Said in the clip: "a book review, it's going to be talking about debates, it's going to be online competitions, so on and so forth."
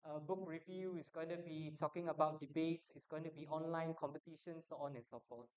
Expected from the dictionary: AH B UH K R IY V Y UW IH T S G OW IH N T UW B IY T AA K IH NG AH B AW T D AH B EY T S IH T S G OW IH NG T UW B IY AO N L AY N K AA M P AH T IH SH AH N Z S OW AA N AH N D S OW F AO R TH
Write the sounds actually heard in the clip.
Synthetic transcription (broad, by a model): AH B UH K R IY V Y UW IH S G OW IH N T UW B IY T AA K IH NG AH B AW T D AH B EY T S IH T S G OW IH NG T UW B IY AO N L AY N K AA M P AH T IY SH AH N S OW AA N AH N S OW F AO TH